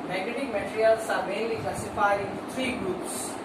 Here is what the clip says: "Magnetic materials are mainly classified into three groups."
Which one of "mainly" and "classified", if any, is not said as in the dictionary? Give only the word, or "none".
classified